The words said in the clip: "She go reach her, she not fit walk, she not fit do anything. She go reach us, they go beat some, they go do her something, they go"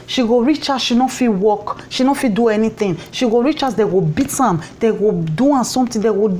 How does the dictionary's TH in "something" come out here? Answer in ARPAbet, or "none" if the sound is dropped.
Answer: T